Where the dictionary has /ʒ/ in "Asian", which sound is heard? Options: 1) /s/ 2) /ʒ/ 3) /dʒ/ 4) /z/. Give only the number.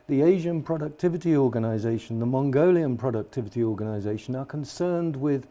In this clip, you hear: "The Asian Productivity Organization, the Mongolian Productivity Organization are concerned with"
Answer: 2